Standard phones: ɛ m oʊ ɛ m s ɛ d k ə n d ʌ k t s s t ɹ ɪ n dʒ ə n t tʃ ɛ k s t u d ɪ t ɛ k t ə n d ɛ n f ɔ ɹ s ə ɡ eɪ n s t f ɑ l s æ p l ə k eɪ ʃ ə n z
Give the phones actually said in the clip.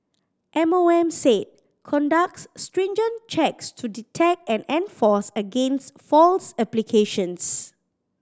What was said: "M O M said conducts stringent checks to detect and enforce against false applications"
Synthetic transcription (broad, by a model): ɛ m oʊ ɛ m s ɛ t k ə n d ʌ k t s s t ɹ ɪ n dʒ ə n tʃ ɛ k s t u d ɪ t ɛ k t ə n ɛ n f ɔ s ə ɡ eɪ n s t f ɑ l s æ p l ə k eɪ ʃ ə n s